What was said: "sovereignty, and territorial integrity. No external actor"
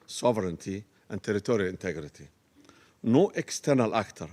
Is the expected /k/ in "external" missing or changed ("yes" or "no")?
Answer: no